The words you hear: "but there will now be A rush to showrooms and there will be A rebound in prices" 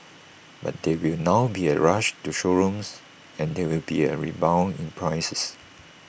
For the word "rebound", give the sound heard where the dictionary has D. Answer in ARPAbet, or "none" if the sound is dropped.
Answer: none